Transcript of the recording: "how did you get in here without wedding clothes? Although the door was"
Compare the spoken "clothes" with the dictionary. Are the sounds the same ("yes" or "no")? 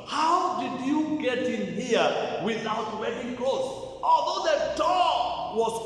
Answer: no